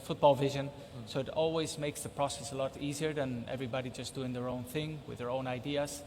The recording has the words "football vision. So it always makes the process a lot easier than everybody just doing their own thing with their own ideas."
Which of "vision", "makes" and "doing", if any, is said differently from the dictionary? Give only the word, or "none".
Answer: none